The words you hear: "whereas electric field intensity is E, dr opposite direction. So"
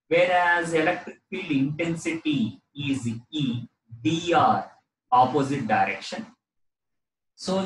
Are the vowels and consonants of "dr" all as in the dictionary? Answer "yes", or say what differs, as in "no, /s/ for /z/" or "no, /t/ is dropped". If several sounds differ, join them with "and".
no, /k/ is dropped